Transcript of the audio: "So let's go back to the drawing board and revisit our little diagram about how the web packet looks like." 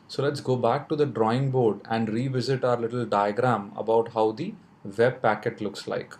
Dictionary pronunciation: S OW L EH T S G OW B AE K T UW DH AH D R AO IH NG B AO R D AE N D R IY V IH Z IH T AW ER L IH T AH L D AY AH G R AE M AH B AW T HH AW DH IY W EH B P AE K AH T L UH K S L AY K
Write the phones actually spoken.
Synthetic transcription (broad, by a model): S OW L EH T S G OW B AE K T UW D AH D R AO IH NG B AO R D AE N D R IY V IH Z IH T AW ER L IH T AH L D AY AH G R AE M AH B AW T HH AW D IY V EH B P AE K AH T L UH K S L AY K